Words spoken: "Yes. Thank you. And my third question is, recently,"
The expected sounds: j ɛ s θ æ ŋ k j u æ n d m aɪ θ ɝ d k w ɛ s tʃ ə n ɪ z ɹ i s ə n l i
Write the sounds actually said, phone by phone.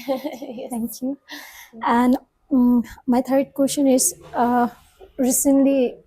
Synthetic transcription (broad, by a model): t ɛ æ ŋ k j u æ n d m aɪ t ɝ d k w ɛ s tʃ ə n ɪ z ɹ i s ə n l i